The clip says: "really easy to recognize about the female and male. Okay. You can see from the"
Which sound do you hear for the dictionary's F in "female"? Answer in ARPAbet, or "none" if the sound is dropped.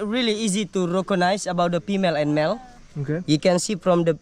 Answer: P